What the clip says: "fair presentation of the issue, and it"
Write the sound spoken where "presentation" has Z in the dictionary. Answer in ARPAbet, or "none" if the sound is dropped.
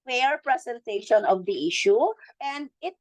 S